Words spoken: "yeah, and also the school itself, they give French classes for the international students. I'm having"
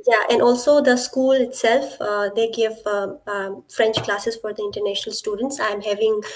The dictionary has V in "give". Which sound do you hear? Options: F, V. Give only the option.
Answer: V